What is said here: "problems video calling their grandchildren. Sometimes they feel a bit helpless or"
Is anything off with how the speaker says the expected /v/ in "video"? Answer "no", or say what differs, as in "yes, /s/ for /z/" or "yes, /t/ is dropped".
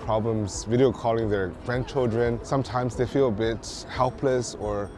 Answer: no